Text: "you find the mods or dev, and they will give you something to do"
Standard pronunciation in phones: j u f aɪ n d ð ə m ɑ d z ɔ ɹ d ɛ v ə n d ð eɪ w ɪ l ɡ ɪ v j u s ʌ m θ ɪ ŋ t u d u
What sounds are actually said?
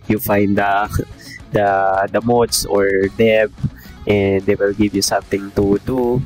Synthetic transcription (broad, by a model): j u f aɪ n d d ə m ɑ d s ɔ ɹ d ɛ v ə n d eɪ w ɪ l ɡ ɪ v j u s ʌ m t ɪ ŋ t u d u